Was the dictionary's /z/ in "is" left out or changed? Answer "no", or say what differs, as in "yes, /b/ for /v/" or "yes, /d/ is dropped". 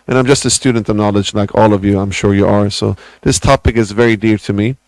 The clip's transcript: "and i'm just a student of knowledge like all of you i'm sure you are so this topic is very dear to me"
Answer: no